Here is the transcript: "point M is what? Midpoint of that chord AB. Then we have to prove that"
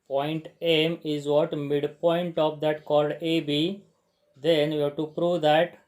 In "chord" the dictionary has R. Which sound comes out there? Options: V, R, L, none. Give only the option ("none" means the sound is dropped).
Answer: L